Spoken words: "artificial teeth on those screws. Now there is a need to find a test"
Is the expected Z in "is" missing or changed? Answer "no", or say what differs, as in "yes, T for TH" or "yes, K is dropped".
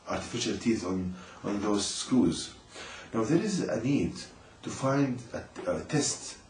no